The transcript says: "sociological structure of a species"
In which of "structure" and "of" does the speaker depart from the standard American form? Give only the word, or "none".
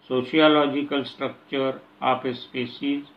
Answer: of